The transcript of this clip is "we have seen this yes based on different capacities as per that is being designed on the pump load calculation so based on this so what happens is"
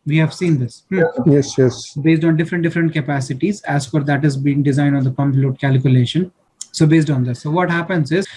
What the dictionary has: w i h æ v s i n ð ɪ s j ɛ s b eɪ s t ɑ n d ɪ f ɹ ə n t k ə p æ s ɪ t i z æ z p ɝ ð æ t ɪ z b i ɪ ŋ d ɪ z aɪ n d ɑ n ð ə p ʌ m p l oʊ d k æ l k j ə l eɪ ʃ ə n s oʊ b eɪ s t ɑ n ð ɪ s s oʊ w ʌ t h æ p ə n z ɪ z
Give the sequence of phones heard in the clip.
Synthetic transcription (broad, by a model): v i h æ v s i n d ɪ s j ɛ s b eɪ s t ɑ n d ɪ f ɹ ə n t k ə p æ s ɪ t i z æ z f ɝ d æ t ɪ z b i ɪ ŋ d ɪ z aɪ n d ɑ n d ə p ʌ m p l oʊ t k æ l k j ə l eɪ ʃ ə n s oʊ b eɪ s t ɑ n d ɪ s s oʊ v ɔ t h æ p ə n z ɪ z